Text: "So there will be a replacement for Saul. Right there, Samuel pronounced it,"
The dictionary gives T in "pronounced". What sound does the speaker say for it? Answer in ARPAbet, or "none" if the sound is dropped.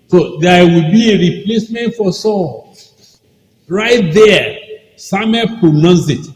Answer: none